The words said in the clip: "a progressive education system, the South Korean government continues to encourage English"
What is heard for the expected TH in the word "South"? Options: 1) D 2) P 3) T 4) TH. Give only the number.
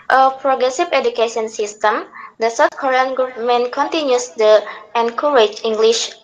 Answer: 3